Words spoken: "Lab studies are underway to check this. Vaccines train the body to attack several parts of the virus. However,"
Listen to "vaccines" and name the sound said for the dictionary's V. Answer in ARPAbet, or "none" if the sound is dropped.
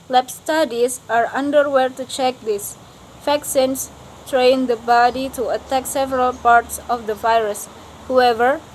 F